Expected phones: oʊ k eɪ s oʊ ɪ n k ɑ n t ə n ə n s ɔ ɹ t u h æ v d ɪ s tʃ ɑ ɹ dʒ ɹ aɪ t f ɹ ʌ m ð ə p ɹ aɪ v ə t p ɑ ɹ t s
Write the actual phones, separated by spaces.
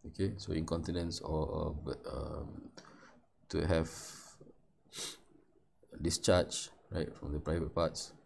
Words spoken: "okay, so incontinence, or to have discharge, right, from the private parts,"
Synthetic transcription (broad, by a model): oʊ k eɪ s oʊ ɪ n k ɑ n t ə n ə n s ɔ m t u h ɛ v d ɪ s tʃ ɑ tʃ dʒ ɹ aɪ t f ɹ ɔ m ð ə p ɹ aɪ v ə t p ɑ t s